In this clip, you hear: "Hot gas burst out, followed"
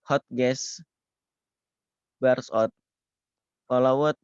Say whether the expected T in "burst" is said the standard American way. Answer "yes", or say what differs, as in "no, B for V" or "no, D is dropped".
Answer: no, T is dropped